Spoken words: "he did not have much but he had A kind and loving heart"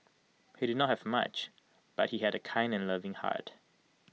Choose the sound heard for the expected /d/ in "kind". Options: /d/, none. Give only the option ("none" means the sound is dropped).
/d/